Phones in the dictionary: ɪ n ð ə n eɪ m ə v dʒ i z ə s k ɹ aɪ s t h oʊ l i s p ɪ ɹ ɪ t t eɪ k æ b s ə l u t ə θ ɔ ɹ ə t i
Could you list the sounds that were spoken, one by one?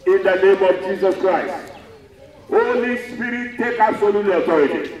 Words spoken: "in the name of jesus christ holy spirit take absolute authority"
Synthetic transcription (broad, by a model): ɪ n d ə n eɪ m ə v dʒ i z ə s k ɹ aɪ s t oʊ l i s p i ɹ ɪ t t eɪ k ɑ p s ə n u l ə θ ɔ ɹ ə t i